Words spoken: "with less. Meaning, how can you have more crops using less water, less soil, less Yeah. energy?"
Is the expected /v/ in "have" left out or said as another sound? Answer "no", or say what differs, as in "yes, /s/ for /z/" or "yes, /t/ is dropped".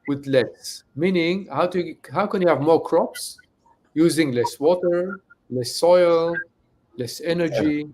no